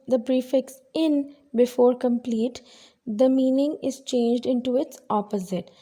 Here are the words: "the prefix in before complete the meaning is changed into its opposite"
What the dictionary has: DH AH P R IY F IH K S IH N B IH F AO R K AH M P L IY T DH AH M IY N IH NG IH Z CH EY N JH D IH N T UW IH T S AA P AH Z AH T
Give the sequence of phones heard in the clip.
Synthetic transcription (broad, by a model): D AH B R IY F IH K S IH N B IH F AO R K AH M P L IY T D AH M IY N IH NG IH Z CH EY N JH D IH N T UW IH T S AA P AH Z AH T